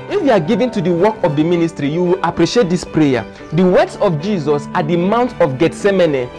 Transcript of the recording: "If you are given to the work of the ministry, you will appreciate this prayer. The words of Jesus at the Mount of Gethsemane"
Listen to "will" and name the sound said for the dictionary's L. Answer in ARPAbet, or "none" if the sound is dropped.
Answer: L